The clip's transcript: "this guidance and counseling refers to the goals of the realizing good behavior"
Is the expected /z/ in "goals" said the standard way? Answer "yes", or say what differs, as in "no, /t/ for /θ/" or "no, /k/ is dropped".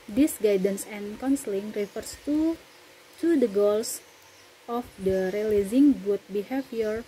no, /s/ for /z/